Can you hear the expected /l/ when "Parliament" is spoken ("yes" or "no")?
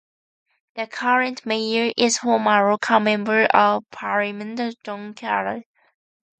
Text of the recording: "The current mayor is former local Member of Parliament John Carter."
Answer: no